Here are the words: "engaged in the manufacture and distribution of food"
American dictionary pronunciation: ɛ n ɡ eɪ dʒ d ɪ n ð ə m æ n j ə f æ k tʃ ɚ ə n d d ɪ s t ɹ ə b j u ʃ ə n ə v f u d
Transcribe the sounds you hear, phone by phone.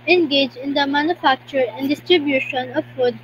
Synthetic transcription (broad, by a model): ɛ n ɡ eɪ dʒ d ɪ n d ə m æ n j ə f æ k tʃ ɚ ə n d d ɪ s t ɹ ə b j u ʃ ə n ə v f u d